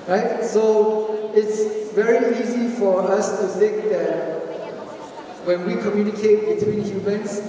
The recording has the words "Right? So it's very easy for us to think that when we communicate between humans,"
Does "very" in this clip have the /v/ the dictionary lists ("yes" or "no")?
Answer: yes